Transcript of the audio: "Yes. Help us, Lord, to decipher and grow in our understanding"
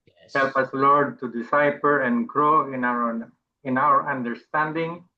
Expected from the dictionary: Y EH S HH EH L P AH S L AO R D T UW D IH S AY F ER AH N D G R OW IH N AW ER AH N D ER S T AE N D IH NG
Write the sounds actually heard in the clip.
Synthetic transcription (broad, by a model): HH EH L P AH S L AO R D T UW D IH S AY P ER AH N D G R OW IH N AW ER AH N D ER S T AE N D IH NG